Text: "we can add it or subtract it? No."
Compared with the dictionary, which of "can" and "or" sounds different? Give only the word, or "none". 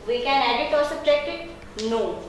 or